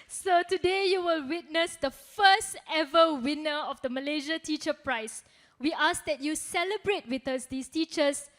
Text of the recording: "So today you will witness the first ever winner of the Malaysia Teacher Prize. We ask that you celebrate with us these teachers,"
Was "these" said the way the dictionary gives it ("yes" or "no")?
no